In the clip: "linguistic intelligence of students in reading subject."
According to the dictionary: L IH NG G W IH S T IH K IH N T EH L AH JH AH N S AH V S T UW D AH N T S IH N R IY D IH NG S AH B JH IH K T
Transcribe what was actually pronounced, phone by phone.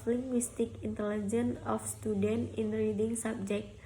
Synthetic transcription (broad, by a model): L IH NG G W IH S T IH K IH N T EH L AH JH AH N AH F S T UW D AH N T IH N R IY D IH NG S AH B JH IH K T